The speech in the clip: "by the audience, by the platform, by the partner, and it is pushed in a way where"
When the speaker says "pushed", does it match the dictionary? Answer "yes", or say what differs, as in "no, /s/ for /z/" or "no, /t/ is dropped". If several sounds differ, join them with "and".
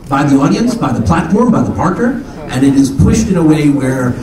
yes